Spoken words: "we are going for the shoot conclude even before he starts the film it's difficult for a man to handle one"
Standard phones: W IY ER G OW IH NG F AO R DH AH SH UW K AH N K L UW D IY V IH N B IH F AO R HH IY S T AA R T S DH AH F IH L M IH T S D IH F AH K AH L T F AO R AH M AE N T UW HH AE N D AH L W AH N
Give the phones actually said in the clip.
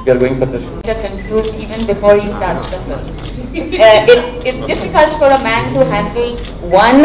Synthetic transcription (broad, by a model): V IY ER G OW IH NG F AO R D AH S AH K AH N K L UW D IY V IH N B IH F AO R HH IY S T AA R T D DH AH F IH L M IH T S D IH F AH K AH L T F AO R AH M AE N T UW HH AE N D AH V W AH N